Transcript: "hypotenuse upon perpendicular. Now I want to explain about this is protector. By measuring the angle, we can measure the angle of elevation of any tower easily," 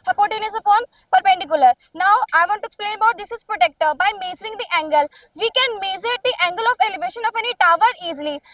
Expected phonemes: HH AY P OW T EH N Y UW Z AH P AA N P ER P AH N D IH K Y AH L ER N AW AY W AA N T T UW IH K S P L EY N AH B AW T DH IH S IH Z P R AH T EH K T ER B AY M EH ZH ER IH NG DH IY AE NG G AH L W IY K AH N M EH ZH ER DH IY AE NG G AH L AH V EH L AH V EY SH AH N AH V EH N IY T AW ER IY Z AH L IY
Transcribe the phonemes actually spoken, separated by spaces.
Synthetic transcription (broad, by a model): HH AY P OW T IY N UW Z AH P AA N P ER P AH N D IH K Y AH L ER N AW AY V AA N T T UW IH K S P L EY N AH B AW T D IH S IH Z P R AH T EH K T ER B AY M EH Z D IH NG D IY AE NG G AH L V IY K AH N M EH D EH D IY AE NG G AH L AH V EH L AH V EY SH AH N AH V EH N IY T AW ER IY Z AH L IY